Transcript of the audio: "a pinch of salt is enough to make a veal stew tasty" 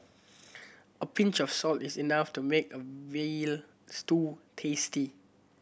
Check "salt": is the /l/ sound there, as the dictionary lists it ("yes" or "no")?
yes